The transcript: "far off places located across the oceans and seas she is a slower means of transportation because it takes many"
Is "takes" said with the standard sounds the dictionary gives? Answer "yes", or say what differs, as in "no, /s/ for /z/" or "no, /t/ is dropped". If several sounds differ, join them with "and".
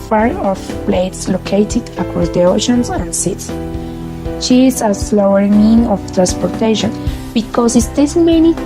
no, /k/ is dropped